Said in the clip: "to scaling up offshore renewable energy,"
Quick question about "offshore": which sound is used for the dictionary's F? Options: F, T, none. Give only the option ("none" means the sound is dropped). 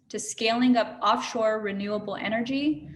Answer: F